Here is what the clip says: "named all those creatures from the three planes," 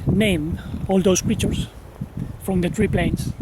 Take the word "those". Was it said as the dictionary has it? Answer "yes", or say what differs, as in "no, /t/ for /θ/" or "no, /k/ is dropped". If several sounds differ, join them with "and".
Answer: no, /s/ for /z/